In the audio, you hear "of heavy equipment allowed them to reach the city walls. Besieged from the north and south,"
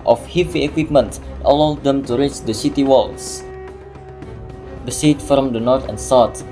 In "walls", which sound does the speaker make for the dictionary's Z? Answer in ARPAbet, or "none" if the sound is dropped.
S